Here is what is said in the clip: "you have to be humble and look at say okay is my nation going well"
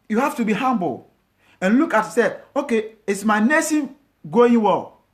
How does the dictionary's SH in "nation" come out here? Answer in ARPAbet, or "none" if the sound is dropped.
S